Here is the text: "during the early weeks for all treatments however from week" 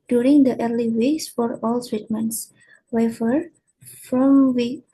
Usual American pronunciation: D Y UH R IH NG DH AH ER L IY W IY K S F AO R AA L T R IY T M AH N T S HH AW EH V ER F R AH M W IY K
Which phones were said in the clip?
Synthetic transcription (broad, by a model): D Y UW R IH NG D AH ER L IY W IY K S F AO R AA L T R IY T M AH N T S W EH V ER F R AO M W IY